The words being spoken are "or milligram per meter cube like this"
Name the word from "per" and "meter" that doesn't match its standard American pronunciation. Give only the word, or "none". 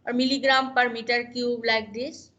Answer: none